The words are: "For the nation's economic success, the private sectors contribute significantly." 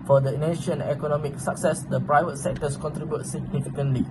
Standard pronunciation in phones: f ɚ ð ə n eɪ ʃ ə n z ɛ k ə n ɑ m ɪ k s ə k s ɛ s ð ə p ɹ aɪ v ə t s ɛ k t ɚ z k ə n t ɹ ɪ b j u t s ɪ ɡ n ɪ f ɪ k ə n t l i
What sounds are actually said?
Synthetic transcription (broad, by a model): f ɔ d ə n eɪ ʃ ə n ɛ k ə n ɑ m ɪ k s ə k s ɛ s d ə p ɹ aɪ v ə t s ɛ k t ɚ s k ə n t ɹ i b j u t s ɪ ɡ n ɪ f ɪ k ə n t l i